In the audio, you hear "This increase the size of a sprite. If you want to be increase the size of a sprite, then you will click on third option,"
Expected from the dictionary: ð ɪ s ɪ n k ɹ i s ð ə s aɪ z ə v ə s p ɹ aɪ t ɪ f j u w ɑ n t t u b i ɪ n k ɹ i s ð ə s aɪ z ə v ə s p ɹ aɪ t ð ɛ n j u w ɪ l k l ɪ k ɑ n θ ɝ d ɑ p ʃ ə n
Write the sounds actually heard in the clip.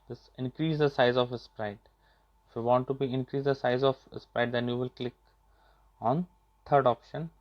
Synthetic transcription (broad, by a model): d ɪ s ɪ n k ɹ i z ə s aɪ z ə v ə s p ɹ aɪ t ɪ f j u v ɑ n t t u b i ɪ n k ɹ i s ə s aɪ z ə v ə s p ɹ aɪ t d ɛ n j u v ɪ l k l ɪ k ɑ n t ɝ d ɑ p ʃ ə n